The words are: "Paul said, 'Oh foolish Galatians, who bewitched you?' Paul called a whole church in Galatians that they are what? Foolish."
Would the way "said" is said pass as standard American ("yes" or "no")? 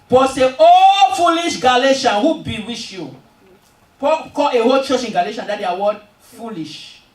no